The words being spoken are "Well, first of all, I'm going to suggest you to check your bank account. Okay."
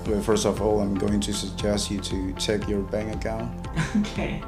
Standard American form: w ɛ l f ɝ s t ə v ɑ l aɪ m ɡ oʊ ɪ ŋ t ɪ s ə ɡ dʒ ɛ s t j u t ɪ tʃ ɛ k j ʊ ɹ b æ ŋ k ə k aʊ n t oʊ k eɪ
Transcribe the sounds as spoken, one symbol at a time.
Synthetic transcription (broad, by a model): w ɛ f ɝ s t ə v ɑ l aɪ m ɡ oʊ ɪ ŋ t ɪ s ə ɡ dʒ ɛ s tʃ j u t ɪ tʃ ɛ k j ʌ ɹ b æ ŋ ə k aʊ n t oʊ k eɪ